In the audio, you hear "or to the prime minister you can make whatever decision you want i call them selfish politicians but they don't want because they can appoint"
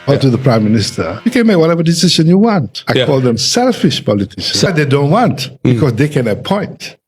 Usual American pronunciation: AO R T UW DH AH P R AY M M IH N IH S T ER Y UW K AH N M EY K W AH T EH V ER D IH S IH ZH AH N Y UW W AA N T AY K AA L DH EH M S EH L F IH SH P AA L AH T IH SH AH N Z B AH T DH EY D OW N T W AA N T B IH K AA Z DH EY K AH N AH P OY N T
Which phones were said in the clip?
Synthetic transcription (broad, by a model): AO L T UW DH AH P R AY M M IH N IH S T ER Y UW K AH N M EY K W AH T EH V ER D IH S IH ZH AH N Y UW W AA N T AY K AA L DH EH M S EH L F IH SH P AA L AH T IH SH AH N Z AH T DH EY D OW N T W AA N T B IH K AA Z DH EY K AH N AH P OY N T